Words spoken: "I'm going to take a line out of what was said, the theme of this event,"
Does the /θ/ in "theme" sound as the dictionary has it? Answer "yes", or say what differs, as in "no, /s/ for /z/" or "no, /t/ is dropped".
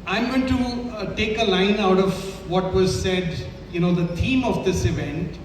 no, /t/ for /θ/